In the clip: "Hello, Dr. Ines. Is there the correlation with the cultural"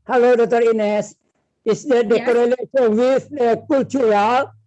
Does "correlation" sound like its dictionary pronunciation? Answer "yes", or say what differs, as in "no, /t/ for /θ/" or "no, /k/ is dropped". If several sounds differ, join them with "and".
no, /s/ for /ʃ/